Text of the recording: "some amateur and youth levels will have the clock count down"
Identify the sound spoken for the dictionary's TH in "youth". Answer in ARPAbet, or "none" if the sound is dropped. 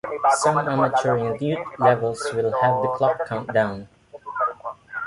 T